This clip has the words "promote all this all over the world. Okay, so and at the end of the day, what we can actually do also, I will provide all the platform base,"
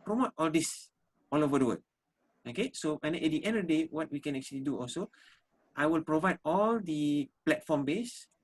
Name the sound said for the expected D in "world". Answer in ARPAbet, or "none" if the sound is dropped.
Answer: none